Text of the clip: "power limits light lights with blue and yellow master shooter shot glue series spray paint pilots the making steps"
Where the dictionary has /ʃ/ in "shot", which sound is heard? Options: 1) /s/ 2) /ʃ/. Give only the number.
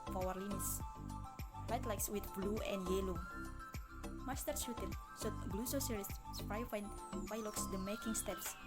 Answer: 1